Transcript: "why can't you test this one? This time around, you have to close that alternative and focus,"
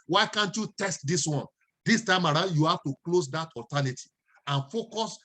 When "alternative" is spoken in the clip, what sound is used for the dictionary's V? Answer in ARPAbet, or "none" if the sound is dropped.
none